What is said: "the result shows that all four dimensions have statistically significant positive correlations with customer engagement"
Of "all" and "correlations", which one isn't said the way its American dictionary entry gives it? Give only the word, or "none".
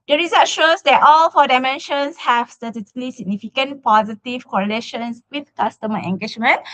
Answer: correlations